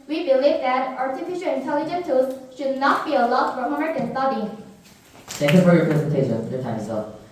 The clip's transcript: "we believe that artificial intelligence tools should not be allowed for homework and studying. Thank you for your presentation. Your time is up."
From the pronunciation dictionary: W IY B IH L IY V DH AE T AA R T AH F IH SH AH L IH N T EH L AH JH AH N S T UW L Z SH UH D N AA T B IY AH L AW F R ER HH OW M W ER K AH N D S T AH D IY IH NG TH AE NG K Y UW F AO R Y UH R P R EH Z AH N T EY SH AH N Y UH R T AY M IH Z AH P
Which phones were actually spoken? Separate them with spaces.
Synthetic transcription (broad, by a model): W IY B IH L IY V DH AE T AA R T AH F IH SH AH L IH N T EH L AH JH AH N T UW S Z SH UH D N AA T B IY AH L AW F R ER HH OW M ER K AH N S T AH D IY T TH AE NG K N F AO R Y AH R P R EH Z AH N T EY SH AH N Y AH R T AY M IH S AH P